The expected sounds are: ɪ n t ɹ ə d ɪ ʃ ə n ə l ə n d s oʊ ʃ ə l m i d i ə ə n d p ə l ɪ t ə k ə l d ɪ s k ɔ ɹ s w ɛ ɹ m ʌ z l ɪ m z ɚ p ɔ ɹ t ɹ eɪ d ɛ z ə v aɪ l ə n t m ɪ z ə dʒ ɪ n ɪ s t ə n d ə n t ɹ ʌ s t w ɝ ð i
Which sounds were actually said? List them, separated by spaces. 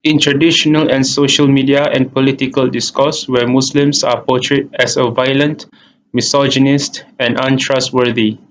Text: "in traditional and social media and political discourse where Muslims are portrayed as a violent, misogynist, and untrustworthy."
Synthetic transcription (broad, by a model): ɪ n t ɹ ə d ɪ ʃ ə n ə l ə n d s oʊ ʃ ə l m i d i ə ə n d p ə l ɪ t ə k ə l d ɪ s k ɔ s w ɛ m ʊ s l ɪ m s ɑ p ɔ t ɹ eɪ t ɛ s ə v aɪ l ə n t m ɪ s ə dʒ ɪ n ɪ s t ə n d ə n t ɹ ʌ s t w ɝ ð i